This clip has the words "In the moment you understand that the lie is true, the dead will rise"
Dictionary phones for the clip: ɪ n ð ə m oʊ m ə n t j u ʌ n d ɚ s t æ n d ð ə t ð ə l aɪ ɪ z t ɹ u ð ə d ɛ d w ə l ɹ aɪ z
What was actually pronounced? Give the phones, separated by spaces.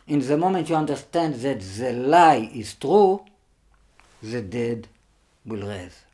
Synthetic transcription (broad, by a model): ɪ n ð ə m oʊ m ə n t j u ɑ n d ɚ s t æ n d ð ə t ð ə l aɪ ɪ z t ɹ u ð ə d ɛ d w ə l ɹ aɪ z